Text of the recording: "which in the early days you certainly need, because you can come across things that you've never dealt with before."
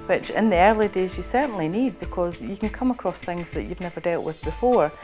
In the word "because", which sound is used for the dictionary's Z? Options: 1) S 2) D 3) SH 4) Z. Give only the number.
4